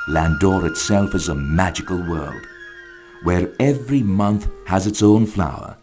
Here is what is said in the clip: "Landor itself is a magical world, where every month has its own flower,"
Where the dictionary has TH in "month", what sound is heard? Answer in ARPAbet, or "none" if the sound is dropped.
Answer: TH